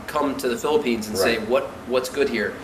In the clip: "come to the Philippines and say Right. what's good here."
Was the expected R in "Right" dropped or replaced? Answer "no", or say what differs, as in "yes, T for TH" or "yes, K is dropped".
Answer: yes, W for R